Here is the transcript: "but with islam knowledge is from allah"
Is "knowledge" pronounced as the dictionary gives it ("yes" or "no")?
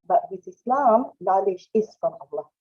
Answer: no